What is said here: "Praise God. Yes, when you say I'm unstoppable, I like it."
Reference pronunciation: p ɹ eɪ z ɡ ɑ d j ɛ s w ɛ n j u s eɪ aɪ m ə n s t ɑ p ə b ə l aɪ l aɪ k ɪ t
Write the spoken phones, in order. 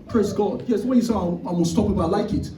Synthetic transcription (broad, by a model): p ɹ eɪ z ɡ ɑ d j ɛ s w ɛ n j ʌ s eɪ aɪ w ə l s t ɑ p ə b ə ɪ l aɪ k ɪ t